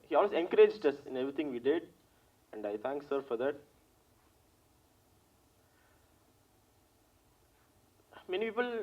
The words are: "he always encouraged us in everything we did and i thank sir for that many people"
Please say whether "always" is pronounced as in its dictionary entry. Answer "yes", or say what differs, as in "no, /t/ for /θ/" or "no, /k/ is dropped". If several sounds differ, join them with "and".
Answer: no, /s/ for /z/